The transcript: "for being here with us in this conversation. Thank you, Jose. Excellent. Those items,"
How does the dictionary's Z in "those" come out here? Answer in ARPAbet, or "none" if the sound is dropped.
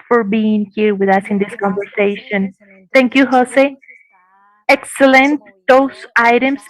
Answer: S